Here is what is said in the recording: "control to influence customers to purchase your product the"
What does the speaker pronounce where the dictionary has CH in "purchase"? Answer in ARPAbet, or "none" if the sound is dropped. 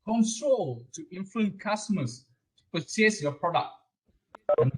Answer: S